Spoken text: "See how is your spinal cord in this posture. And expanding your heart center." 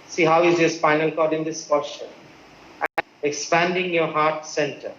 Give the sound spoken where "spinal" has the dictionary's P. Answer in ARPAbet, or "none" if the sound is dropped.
F